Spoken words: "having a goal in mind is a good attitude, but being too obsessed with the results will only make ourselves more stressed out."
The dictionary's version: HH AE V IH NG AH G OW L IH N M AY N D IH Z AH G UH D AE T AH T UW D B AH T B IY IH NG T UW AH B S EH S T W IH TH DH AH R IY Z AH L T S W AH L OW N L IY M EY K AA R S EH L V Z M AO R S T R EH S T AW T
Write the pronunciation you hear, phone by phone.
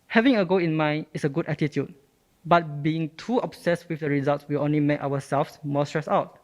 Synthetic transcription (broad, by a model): HH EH V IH NG AH G OW IH N M AY N D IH S AH G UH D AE T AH T UW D B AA T B IY IH NG T UW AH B S EH S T W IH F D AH R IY Z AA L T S W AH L OW N L IY M EY K AA W S EH L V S M AO S T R EH S AW T